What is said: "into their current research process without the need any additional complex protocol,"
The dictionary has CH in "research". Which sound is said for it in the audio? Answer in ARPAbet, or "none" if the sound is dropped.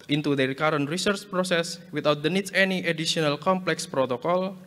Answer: CH